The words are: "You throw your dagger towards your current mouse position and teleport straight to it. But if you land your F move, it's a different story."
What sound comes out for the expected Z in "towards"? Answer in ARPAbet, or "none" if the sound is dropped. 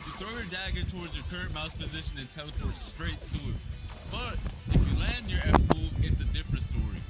Z